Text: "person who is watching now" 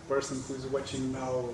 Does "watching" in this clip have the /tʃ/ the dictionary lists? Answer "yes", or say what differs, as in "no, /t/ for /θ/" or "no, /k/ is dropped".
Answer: yes